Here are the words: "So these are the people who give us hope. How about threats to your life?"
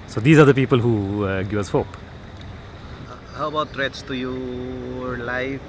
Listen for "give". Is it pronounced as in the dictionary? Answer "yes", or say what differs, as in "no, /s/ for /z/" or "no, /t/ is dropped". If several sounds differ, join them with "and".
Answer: no, /v/ is dropped